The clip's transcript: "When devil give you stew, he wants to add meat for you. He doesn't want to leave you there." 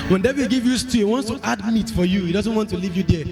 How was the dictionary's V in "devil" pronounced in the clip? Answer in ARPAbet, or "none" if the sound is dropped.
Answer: B